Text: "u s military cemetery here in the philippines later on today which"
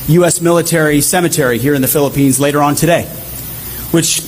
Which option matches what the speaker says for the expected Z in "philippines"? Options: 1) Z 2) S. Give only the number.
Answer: 1